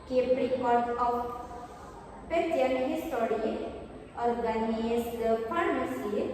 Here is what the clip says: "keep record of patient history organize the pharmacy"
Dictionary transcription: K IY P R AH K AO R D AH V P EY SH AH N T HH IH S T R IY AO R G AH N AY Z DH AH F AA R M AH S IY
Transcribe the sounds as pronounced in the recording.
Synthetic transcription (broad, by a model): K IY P R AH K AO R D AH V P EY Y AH T HH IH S T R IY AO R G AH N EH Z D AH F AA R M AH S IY